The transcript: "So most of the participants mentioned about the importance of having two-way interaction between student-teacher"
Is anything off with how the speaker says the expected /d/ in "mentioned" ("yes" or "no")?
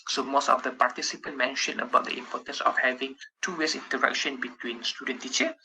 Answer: yes